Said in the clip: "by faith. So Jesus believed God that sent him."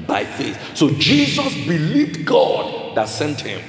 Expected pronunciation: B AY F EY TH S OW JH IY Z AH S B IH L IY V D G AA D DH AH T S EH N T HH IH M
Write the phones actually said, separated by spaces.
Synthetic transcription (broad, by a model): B AY F EY TH S OW JH IY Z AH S B IH L IY V D G AA D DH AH T S EH N T HH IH M